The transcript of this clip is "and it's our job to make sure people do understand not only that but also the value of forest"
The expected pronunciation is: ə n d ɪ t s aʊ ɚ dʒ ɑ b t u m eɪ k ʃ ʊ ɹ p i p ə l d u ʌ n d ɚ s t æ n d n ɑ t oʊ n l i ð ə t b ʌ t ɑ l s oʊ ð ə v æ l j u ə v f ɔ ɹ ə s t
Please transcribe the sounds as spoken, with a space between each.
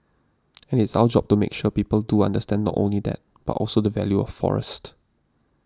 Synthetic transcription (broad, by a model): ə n ɪ t s aʊ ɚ dʒ ɑ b t u m eɪ k ʃ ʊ p i p ə l d u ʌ n d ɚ s t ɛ n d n ɑ t oʊ n l i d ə t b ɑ t ɑ l s oʊ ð ə v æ l j u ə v f ɔ ɹ ə s t